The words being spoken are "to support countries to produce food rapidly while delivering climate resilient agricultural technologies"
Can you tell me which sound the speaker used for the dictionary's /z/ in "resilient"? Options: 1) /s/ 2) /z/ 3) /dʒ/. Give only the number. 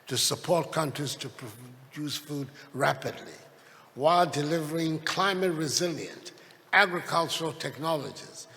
2